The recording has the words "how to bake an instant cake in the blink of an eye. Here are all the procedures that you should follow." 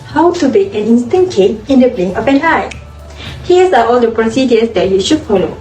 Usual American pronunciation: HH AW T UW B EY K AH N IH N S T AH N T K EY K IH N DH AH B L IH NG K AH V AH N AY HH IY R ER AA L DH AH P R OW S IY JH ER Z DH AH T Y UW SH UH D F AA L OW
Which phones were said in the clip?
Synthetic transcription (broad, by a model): HH AW T UW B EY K AH N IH N S T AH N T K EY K IH N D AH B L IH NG AH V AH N AY HH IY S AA AA L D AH P R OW S IY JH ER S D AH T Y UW SH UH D F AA L OW